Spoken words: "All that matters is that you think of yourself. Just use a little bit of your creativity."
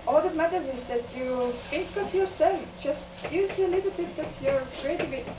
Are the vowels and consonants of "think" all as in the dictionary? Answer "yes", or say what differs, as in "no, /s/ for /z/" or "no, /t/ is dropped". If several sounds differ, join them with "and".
no, /f/ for /θ/